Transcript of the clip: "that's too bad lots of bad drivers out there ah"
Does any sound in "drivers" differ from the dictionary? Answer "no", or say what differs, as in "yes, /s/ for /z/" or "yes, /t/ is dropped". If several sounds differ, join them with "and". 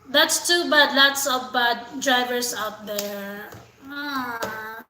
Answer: yes, /s/ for /z/